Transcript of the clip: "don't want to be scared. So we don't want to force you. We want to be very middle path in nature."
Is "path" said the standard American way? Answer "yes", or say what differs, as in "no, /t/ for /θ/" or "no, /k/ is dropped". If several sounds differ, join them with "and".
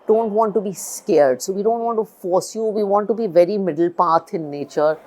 no, /t/ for /θ/